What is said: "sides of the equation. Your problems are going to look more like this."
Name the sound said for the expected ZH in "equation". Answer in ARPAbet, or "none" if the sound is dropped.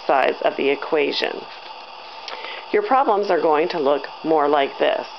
ZH